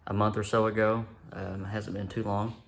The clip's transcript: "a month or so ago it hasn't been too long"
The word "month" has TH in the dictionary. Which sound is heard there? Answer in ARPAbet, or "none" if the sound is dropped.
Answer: TH